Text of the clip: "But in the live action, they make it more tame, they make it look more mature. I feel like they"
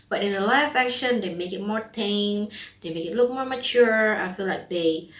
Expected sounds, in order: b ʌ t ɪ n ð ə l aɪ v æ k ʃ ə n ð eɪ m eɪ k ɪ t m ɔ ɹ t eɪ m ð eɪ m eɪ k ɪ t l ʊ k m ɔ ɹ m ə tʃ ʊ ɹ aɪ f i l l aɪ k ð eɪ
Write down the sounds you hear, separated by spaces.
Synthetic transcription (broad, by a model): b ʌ t ɪ n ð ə l aɪ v æ k ʃ ə n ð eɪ m eɪ k ɪ t m ɔ ɹ t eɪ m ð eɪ m eɪ k ɪ t l ʊ k m ɔ ɹ m ə tʃ ʊ ɹ aɪ f i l l aɪ k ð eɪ